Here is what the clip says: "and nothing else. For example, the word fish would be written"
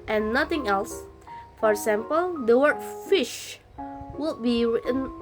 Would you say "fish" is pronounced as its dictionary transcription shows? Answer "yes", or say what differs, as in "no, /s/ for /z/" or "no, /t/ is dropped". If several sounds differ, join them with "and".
yes